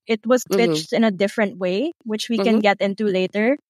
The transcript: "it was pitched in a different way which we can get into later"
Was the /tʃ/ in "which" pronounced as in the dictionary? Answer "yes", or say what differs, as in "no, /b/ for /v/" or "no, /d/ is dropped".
yes